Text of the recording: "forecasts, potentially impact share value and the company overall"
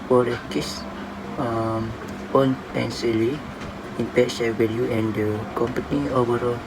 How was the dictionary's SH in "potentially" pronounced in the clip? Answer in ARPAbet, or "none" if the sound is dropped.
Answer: S